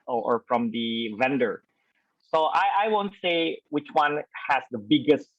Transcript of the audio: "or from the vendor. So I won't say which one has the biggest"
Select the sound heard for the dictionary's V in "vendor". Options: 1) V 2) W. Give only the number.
1